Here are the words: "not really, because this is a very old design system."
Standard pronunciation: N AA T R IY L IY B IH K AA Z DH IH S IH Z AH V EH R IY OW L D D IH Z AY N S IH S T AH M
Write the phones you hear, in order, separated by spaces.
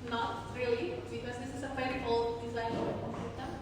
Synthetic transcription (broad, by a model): N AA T R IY L IY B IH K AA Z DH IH S IH Z AH F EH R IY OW L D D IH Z AY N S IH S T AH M